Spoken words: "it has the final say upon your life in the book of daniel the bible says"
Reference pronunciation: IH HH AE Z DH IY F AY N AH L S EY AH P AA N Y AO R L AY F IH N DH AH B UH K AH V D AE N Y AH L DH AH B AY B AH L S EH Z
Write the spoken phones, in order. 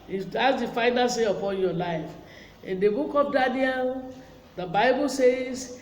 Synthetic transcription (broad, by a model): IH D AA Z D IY F AY N AH L S EY AH P AA N Y AO L AY F IH N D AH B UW K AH P D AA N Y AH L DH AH B AY B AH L S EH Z